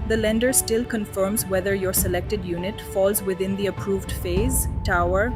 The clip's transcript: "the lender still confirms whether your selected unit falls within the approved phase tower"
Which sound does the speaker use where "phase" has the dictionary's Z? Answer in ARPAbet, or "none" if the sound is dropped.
Z